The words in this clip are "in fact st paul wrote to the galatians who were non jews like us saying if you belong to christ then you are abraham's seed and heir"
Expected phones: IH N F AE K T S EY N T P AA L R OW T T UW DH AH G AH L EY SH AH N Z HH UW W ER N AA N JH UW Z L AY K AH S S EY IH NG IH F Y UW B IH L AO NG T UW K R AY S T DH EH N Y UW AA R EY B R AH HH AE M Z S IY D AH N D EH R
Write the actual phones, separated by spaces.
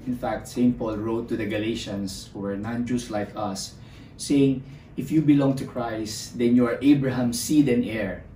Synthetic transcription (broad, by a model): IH N F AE K T S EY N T P AA L R OW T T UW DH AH G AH L EY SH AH N S HH UW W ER N AA N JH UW S L AY K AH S S EY IH NG IH F Y UW B IH L AO NG T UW K R AY S T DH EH N Y UW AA R EY B R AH HH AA M S IY D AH N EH R